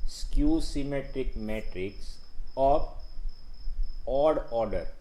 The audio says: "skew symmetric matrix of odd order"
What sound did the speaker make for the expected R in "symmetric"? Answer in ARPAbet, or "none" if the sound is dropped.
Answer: R